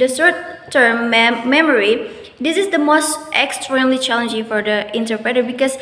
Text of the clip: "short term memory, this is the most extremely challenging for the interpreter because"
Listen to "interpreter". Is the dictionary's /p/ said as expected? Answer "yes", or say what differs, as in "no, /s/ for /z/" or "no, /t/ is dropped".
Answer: yes